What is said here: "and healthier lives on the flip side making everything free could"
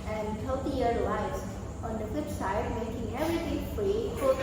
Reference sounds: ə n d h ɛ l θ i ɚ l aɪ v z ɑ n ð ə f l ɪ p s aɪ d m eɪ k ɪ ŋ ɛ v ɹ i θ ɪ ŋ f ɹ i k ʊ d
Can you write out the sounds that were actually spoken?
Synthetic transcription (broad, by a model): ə n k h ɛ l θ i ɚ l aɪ z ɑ n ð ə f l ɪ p s aɪ d m eɪ k ɪ ŋ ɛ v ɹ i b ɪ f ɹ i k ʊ